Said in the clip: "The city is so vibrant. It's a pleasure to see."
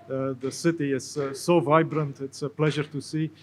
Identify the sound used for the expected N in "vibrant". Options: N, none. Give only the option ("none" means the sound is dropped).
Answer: N